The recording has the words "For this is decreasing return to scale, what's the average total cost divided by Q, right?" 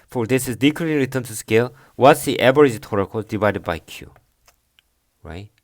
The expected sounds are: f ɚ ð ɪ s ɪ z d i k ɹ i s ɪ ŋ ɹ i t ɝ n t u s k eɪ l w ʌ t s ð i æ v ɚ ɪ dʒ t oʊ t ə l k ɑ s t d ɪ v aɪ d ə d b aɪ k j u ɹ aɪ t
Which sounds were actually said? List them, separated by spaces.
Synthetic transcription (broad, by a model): f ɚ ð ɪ s ɪ z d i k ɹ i ɪ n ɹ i t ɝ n t u s k eɪ l w ʌ t s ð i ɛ b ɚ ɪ z t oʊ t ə k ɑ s d ɪ v aɪ d ə d b aɪ k j u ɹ aɪ t